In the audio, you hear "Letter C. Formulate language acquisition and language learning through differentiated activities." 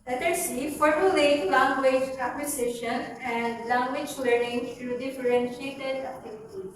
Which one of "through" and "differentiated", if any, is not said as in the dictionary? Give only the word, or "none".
through